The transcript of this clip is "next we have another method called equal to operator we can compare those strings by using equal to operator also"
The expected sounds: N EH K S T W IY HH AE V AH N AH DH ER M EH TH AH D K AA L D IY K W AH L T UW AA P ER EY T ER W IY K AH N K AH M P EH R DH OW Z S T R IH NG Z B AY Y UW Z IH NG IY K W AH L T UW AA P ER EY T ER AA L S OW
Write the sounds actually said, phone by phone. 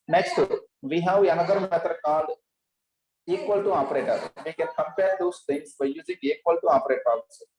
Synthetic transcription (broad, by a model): N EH K S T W IY HH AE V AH N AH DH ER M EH T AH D K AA L IY K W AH L T UW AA P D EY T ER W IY K AH N K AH M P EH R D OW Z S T IH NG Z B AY Y UW Z IH NG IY K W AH L T UW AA P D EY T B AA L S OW